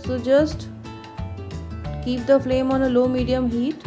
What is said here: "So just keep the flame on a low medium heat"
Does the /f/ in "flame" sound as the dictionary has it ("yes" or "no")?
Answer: yes